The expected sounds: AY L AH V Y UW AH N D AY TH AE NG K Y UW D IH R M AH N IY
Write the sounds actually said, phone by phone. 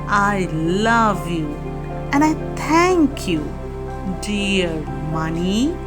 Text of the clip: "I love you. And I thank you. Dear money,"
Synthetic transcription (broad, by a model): AY L AH V Y UW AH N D AY T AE NG K Y UW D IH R M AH N IY